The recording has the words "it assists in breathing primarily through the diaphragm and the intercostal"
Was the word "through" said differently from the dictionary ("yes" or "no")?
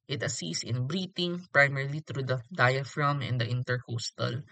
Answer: yes